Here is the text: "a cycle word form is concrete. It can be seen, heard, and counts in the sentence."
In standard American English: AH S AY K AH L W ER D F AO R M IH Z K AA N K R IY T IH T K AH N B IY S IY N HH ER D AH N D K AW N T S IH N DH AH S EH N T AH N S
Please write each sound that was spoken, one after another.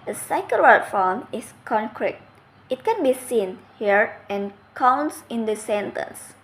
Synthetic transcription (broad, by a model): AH S AY K AH L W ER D F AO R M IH S K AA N K R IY T IH T K AH N B IY S IY N HH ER AH N K AW N T S IH N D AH S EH N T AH N S